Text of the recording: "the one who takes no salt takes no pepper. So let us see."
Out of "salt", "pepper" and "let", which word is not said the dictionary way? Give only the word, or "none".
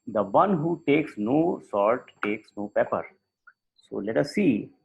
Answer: salt